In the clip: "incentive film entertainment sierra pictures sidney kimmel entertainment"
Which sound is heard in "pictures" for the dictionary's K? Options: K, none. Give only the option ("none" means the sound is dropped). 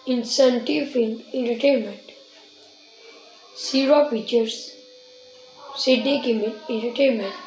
none